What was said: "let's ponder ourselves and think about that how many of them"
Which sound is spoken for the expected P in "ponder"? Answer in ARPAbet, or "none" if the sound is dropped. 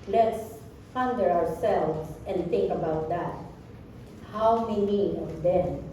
F